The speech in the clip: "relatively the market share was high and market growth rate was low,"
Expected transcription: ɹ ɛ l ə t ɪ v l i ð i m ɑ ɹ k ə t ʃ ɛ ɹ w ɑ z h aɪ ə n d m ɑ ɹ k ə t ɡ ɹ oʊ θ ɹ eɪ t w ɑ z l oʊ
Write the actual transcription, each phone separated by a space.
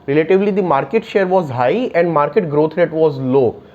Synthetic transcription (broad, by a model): ɹ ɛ l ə t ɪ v l i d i m ɑ ɹ k ə t ʃ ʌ ɹ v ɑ z h aɪ ə n d m ɑ ɹ k ə t ɡ ɹ oʊ t ɹ eɪ t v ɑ z l oʊ